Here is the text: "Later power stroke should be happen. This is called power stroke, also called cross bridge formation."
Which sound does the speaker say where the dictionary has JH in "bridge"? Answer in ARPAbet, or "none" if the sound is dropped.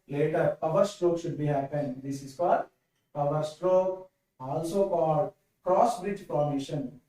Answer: JH